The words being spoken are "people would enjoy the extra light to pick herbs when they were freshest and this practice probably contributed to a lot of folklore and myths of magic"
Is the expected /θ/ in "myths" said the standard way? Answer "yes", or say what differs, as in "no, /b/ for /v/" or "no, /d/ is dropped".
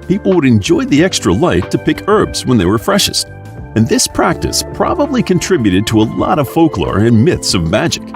yes